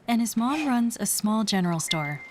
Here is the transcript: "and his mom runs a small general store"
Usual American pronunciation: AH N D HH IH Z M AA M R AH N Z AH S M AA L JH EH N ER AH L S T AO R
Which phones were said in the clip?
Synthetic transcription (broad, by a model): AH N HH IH Z M AA M R AH N Z AH S M AA L JH EH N ER L S T AO R